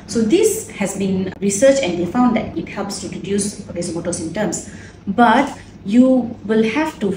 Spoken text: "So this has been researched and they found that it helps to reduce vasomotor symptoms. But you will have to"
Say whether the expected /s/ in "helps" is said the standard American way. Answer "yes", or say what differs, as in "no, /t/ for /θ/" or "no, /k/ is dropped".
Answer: yes